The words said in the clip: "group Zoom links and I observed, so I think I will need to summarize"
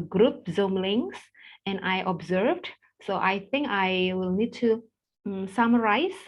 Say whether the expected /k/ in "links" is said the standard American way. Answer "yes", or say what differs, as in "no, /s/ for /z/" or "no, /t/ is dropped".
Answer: no, /k/ is dropped